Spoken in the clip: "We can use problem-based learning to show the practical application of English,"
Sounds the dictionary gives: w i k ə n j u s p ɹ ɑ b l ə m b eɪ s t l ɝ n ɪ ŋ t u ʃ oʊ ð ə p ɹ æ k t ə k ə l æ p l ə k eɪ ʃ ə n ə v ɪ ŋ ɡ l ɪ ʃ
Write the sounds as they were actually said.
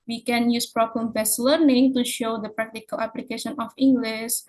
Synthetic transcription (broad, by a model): w i k ə n j u s p ɹ ɑ b l ə m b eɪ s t l ɝ n ɪ ŋ t u ʃ oʊ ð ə p ɹ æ k t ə k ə l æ p l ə k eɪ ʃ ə n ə f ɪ ŋ ɡ l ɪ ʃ